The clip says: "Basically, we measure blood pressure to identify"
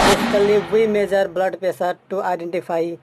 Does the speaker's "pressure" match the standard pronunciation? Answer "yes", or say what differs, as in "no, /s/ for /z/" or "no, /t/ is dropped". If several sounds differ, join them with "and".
no, /ɹ/ is dropped and /s/ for /ʃ/